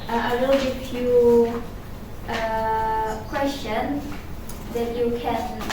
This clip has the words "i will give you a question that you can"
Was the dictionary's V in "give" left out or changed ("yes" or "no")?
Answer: yes